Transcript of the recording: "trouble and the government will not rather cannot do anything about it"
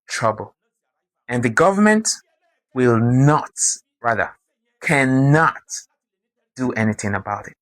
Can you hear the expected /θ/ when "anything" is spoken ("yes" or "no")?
yes